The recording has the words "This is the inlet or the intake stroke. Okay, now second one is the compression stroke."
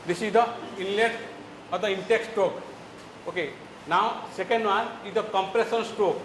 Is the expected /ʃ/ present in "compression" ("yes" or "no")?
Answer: no